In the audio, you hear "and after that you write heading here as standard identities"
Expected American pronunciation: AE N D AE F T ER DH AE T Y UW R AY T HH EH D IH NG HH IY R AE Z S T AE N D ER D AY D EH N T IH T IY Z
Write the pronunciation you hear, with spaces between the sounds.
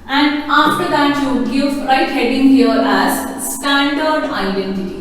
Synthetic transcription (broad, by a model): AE N D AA F T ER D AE T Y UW R AY T HH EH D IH NG HH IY R AE Z S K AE N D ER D AY D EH N T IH T IY